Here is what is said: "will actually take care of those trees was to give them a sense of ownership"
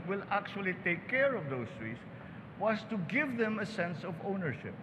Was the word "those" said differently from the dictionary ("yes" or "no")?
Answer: yes